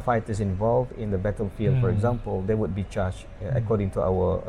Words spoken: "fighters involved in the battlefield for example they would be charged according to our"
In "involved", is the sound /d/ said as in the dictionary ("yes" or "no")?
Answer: yes